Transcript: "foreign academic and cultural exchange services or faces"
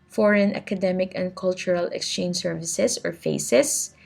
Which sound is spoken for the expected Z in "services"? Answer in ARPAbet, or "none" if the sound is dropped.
S